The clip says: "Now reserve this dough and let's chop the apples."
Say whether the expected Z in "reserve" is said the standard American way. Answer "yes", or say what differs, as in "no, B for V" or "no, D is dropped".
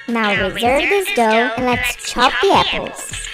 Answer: yes